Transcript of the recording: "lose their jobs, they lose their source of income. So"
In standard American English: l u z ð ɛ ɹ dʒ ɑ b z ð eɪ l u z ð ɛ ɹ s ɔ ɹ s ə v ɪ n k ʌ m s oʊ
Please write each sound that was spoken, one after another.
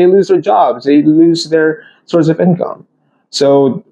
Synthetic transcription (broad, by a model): l u z ð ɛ ɹ dʒ ɑ b z ð eɪ l u z ð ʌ ɹ s ɔ ɹ s ə v ɪ n k ʌ m s oʊ